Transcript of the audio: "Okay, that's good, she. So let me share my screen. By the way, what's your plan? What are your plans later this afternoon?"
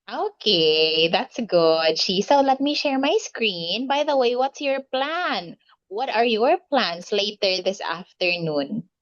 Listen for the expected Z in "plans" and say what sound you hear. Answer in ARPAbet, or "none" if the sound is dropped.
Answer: S